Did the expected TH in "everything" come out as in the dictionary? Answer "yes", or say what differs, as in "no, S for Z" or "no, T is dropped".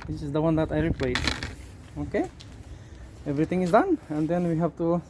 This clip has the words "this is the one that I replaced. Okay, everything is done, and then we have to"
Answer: no, T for TH